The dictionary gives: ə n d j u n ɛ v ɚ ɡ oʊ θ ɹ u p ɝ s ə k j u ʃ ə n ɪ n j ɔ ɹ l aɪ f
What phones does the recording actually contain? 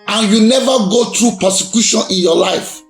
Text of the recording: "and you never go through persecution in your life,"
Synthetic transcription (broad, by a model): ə n j u n ɛ v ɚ ɡ oʊ t ɹ u p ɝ s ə k j u ʃ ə n ɪ n j ɔ l aɪ f